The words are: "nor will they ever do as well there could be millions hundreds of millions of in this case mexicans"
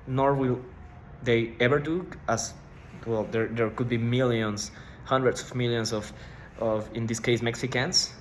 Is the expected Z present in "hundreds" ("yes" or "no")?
no